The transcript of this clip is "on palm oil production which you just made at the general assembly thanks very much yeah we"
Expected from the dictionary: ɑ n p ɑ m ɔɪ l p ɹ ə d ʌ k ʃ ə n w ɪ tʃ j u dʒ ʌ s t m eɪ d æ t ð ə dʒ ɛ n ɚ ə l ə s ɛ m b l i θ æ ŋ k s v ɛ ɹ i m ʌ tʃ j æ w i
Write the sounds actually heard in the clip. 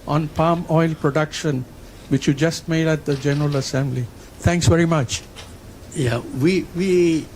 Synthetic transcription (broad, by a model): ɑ n p ɑ m ɔɪ l p ɹ ə d ʌ k ʃ ə n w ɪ tʃ j u dʒ ʌ s t m eɪ d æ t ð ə dʒ ɛ n ɚ ə l ə s ɛ m b l i t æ ŋ k s v ɛ ɹ i m ʌ tʃ j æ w i